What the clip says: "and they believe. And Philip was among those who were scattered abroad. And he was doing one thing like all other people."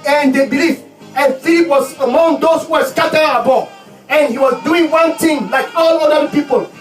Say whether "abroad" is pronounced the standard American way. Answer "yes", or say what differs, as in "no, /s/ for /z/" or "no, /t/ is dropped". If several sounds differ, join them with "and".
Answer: no, /ɹ/ is dropped